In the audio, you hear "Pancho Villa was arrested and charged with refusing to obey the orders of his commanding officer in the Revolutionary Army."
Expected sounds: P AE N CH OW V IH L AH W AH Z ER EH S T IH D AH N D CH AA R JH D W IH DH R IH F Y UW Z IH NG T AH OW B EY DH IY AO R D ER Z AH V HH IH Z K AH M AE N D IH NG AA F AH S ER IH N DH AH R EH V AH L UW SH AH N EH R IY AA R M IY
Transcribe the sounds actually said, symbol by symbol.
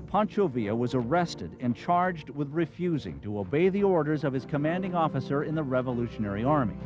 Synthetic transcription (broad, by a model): P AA N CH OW V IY AH W AH Z ER EH S T IH D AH N CH AA R JH D W IH DH R IH F Y UW Z IH NG T AH OW B EY DH IY AO R D ER Z AH V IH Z K AH M AE N D IH NG AA F AH S ER IH N DH AH R EH V AH L UW SH AH N EH R IY AA R M IY